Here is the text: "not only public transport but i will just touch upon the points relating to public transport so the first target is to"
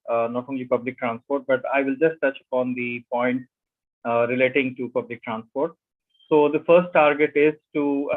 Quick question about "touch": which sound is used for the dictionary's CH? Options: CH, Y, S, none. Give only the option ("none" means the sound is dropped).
CH